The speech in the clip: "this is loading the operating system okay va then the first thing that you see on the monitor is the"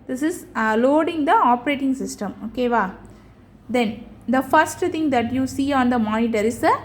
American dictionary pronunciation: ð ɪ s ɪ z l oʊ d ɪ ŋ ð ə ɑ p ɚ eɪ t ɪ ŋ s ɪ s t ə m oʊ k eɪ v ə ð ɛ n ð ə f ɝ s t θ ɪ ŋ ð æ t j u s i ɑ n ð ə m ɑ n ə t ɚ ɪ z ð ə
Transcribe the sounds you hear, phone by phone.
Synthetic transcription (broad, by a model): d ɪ s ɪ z l oʊ d ɪ ŋ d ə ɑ p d eɪ t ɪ ŋ s ɪ s t ə m oʊ k eɪ v ə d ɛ n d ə f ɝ s t t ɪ ŋ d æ t j u s i ɑ n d ə m ɑ n ə t ɚ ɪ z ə